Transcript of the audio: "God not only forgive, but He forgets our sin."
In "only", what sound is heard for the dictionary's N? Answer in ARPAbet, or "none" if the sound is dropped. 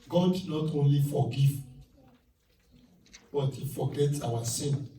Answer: N